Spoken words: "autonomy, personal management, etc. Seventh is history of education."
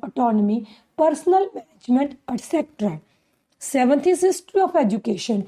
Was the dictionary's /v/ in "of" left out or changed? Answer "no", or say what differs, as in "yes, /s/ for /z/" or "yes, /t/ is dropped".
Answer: yes, /p/ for /v/